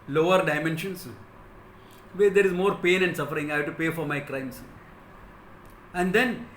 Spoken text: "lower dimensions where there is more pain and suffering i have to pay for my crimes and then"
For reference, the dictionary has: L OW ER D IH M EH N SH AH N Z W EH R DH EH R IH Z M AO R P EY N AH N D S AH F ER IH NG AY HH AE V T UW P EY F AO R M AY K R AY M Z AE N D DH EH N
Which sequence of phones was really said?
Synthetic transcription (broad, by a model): L OW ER D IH M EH N SH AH N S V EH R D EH R IH Z M AO R P EY N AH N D S AH F ER IH NG AY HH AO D T UW P EY F AO R M AY K R AY M S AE N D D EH N